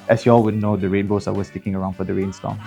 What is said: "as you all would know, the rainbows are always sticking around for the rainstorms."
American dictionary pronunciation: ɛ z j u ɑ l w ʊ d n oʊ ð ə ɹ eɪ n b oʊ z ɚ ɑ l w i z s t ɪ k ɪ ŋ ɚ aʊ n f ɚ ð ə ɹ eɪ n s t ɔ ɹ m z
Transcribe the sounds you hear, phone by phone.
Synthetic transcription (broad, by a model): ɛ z j u ɑ l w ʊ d n oʊ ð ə ɹ eɪ n b oʊ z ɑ w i s t ɪ k ɪ ŋ ɚ aʊ n f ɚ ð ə ɹ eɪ n s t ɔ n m